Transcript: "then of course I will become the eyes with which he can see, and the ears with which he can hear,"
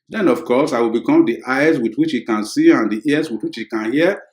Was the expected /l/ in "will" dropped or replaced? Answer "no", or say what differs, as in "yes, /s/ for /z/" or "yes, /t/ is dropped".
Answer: no